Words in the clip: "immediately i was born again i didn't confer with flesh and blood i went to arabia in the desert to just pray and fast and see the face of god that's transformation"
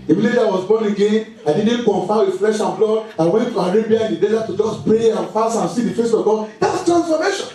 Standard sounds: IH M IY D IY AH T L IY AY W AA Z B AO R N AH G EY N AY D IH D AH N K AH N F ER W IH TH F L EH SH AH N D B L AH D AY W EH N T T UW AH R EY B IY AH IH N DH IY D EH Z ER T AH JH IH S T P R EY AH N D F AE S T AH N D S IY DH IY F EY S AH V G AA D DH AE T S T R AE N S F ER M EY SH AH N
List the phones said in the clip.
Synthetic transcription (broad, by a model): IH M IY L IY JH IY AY W AA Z B AO N AH G EY N AY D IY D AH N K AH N F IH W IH F L EH SH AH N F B L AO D AY W EH N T T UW AH R EY B IY AH IH N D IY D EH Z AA T AH JH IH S P R EY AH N F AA S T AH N S IY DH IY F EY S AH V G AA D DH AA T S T R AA N S F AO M EY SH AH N